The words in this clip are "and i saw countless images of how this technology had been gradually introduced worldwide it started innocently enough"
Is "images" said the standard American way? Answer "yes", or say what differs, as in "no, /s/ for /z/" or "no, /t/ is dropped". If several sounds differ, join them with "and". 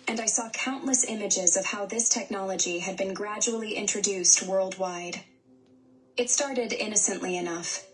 yes